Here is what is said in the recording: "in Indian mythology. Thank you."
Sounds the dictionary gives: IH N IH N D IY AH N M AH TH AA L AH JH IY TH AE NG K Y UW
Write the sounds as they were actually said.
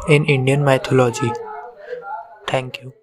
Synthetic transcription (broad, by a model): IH N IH N D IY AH N M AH T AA L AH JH IY T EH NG K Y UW